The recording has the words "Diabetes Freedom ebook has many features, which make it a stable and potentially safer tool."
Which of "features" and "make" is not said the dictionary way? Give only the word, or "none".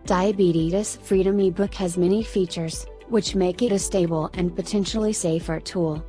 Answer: none